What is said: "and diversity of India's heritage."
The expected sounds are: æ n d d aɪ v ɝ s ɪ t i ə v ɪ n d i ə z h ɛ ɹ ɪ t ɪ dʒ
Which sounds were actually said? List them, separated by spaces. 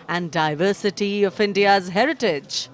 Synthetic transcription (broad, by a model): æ n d d aɪ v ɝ s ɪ t i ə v ɪ n d i ə z h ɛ ɹ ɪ t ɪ dʒ